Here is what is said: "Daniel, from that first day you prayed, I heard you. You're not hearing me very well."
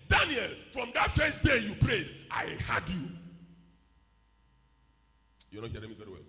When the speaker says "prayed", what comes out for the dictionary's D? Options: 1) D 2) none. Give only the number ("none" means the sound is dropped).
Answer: 1